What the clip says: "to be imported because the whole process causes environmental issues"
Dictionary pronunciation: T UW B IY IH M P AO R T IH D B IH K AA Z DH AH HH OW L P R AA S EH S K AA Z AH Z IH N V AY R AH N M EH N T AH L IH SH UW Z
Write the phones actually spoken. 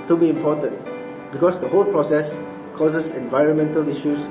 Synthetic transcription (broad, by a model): T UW B IY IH M P AO T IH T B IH K AA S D AH HH OW L P R AA S EH S K AA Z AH S IH N V AY R AH N M EH N T AH L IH SH UW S